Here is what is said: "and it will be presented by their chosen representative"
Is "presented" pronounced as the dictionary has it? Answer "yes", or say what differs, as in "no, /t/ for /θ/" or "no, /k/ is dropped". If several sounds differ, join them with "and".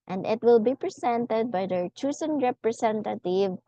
no, /s/ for /z/